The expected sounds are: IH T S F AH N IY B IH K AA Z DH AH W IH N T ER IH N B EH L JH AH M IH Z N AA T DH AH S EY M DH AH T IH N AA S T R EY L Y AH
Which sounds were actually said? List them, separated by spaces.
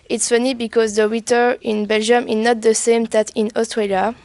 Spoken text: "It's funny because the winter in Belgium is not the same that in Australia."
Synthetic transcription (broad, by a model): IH T S F AH N IY B IH K AA Z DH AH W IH T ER IH N B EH L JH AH M IH Z N AA T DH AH S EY M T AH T IH N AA S T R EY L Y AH